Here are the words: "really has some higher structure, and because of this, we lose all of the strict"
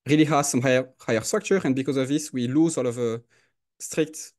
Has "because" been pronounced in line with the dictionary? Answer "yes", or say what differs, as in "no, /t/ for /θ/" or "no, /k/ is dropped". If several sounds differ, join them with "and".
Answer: yes